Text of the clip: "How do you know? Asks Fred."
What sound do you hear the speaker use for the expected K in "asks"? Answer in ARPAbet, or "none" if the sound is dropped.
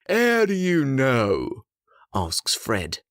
K